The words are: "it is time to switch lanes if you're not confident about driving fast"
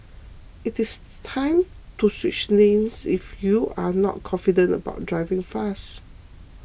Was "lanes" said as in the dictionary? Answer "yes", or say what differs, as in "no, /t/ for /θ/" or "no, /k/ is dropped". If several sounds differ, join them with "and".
no, /n/ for /l/